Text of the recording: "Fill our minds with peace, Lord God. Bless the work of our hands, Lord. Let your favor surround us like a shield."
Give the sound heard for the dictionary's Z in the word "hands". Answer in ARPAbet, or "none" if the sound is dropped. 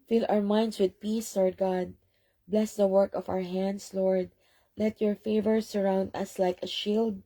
S